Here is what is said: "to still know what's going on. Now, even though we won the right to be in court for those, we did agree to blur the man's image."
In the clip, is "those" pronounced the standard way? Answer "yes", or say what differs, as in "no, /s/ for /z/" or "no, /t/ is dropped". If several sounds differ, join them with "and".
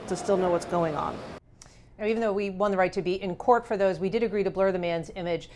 yes